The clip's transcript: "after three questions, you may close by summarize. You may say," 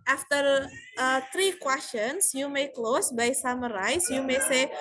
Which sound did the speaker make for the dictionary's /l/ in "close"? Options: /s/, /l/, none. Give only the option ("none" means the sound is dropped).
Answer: /l/